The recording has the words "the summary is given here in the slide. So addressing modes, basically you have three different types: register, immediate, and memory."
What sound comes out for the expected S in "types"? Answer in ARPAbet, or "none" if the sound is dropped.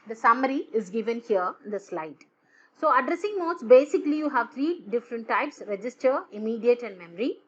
S